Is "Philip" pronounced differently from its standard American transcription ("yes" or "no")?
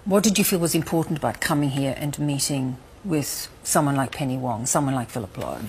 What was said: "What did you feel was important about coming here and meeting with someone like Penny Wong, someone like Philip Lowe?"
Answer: no